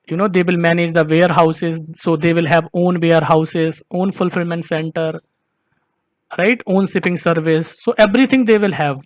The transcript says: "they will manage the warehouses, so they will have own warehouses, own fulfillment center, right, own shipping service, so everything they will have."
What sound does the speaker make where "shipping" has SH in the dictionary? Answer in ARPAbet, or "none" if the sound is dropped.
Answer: S